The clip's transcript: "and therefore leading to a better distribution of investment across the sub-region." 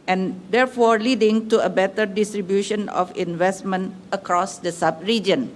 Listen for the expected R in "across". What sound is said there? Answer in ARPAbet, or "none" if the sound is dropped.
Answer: R